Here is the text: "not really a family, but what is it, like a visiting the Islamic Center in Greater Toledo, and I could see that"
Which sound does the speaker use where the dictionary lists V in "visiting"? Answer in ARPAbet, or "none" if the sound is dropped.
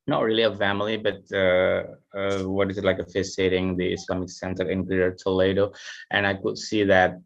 F